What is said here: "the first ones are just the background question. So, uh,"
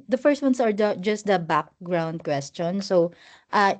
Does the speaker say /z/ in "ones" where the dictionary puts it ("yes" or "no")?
no